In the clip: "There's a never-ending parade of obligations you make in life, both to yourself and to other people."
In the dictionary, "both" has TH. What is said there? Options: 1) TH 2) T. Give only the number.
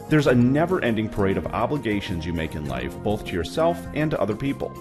1